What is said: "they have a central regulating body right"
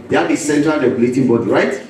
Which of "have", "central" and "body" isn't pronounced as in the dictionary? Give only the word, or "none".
have